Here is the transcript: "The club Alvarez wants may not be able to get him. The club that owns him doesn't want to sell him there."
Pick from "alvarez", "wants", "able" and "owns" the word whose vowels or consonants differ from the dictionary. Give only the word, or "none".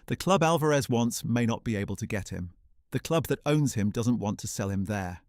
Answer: none